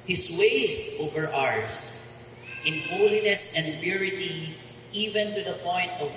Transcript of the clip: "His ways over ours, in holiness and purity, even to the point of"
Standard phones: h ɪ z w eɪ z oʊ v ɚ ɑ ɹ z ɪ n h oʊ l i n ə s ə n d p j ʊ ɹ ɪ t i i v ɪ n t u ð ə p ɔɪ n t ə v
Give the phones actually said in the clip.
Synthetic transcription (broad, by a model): h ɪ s w eɪ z oʊ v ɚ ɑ ɹ s ɪ n h oʊ l i n ə s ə n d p j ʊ ɹ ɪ t i i v ɪ n t u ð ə p ɔɪ n t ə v